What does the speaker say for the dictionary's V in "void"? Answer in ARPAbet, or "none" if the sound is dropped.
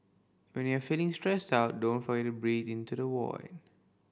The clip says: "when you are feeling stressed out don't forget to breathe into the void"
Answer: W